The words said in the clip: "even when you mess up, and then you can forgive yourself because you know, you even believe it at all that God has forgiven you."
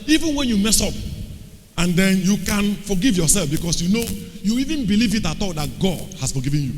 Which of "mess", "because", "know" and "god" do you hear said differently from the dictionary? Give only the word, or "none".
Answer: because